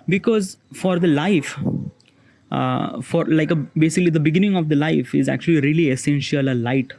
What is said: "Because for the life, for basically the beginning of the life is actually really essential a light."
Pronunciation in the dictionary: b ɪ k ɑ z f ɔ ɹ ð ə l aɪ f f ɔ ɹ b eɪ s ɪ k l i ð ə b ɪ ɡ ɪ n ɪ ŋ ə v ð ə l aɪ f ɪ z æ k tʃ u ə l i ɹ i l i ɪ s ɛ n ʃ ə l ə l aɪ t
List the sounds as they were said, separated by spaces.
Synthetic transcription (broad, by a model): b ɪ k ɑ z f ɔ ɹ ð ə l aɪ f f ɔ ɹ b eɪ s ɪ k l i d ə b ɪ ɡ ɪ n ɪ ŋ ə v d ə l aɪ f ɪ z æ k tʃ u ə l i ɹ i l i ɪ s ɛ n ʃ ə l ə l aɪ t